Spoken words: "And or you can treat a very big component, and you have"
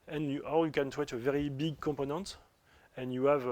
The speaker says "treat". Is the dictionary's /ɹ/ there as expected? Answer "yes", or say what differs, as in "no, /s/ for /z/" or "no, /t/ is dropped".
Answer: no, /w/ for /ɹ/